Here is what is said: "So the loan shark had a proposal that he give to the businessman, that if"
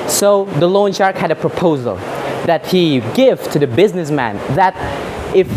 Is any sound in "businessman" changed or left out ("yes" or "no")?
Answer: no